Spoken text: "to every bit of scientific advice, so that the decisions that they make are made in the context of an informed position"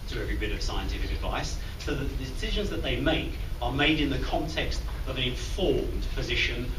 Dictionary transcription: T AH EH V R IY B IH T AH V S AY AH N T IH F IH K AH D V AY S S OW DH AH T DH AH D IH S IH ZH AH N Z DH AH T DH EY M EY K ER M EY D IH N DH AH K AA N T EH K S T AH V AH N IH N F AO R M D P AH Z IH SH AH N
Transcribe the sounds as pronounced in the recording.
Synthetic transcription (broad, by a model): T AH EH V R IY B IH T AH V S AY AH N T IH F IH K AH D V AY S S OW DH AH T DH AH D IH S IH ZH AH N Z DH AH T DH EY M EY K ER M EY D IH N DH AH K AA N T EH K S T AH V AH N IH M F AO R M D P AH Z IH SH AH N